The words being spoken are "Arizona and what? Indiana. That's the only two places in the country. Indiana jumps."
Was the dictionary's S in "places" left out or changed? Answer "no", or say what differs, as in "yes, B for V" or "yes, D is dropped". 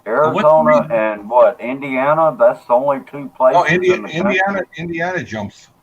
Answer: yes, S is dropped